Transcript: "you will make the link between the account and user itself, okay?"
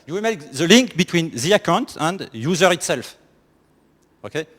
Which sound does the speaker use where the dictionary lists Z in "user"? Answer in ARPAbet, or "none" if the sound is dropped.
Z